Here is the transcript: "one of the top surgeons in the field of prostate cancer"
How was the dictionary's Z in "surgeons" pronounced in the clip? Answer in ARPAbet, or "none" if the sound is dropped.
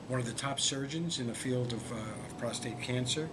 Z